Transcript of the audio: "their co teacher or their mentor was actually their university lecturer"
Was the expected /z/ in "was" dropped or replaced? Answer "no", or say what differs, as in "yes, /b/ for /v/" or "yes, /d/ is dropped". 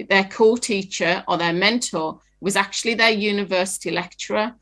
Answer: no